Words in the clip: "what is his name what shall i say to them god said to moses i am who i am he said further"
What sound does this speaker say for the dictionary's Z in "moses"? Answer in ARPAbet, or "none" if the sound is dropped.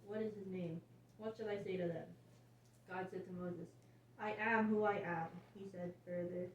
Z